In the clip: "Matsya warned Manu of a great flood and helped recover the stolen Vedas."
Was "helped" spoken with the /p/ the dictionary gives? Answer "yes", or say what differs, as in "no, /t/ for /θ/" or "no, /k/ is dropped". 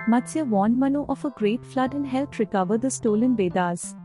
no, /p/ is dropped